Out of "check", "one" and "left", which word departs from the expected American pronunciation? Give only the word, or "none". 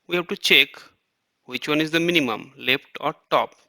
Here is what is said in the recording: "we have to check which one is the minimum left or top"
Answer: none